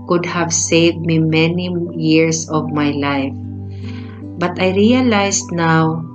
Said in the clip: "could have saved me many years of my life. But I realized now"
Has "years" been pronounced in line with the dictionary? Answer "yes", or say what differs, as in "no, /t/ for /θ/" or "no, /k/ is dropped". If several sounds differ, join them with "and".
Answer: no, /s/ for /z/